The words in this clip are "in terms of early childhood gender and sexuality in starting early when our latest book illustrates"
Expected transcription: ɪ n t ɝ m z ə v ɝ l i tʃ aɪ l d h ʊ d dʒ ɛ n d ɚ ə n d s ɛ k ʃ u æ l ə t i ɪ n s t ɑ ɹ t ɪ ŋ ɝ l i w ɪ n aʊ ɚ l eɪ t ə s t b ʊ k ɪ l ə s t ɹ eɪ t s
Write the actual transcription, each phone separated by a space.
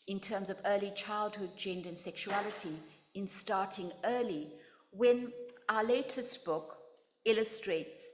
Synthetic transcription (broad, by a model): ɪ n t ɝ m z ə v ɝ l i tʃ aɪ l d h ʊ d dʒ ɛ n d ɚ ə n s ɛ k ʃ u æ l ə t i ɪ n s t ɑ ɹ t ɪ ŋ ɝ l i w ɪ n aʊ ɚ l eɪ t ə s t b ʊ k ɪ l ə s t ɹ eɪ t s